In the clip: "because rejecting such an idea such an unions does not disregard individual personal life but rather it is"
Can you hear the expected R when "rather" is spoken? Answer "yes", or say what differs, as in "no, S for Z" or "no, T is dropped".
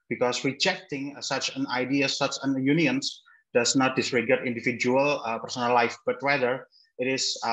no, W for R